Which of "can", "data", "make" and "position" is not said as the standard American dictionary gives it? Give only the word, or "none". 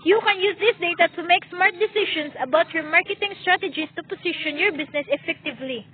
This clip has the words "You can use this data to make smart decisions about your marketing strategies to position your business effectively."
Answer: position